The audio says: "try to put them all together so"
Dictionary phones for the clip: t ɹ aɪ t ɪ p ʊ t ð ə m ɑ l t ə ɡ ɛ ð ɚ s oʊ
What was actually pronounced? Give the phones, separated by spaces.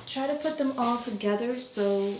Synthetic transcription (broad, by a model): t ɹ aɪ t ɪ p ʊ t ð ə m ɑ l t ə ɡ ɛ ð ɚ s oʊ